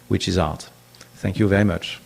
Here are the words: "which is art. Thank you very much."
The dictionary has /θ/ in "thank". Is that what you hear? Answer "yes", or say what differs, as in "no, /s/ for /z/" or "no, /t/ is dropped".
yes